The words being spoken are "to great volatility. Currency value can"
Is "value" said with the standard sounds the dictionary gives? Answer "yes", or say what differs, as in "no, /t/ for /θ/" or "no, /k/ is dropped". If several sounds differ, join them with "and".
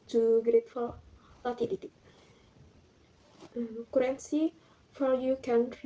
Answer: no, /f/ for /v/ and /l/ is dropped